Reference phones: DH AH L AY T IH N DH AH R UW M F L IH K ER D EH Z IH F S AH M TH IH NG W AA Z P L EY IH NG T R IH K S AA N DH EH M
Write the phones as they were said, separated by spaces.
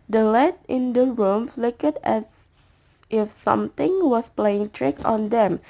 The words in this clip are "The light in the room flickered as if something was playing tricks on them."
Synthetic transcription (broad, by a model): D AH L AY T IH N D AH R UW M F L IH K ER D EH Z IH F S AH M T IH NG W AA S P L EY IH NG T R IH K AA N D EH M